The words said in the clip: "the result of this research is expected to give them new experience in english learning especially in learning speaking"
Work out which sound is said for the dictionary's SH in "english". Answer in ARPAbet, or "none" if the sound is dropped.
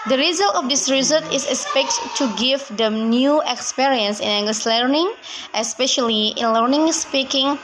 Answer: S